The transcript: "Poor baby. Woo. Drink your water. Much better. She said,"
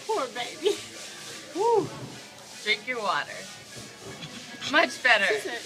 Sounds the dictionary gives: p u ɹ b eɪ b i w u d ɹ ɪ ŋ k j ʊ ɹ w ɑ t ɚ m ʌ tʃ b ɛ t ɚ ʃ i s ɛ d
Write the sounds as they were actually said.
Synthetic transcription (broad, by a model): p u ɹ b eɪ b i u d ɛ ɪ k j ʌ ɹ w ɑ t ɚ m ʌ tʃ b ɛ t ɚ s